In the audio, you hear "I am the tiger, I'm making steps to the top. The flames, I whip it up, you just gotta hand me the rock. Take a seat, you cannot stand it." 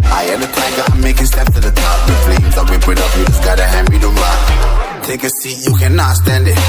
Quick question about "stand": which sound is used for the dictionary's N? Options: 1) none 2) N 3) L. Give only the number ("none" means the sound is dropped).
2